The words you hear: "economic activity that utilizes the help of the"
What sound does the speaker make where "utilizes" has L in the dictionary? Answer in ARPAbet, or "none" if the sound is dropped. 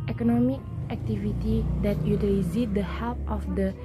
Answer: none